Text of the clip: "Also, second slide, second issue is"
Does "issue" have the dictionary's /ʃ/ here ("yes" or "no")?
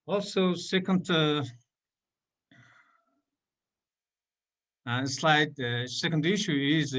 yes